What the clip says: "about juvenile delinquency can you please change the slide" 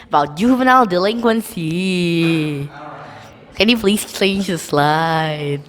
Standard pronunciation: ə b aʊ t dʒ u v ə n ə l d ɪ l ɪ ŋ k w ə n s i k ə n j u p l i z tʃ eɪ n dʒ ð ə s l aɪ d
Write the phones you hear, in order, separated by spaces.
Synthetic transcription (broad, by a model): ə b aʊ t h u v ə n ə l d ɪ l ɪ ŋ k w ə n s i k ə n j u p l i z tʃ eɪ n dʒ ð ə s l aɪ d